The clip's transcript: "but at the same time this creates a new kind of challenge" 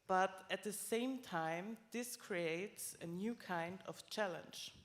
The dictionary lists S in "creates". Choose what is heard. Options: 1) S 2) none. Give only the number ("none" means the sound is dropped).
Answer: 1